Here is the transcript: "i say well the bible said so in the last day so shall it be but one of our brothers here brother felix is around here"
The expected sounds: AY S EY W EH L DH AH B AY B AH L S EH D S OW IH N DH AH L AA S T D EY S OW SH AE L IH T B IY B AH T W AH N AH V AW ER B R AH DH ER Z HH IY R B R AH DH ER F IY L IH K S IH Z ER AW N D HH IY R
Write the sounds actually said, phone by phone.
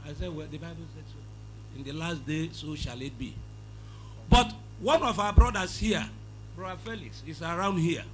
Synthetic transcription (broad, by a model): AY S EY W EH L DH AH B AY B AH L S EH D S OW IH N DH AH L AA S T D EY S OW SH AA L IH T B IY B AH T W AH N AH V AW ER B R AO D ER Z HH IY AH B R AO ER F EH L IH K S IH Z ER AW N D HH IY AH